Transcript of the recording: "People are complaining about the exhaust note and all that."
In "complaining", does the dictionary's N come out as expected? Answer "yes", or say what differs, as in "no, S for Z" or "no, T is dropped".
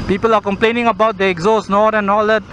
yes